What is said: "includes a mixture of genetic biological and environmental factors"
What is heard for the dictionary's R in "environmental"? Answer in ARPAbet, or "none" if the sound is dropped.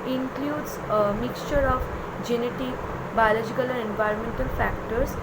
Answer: R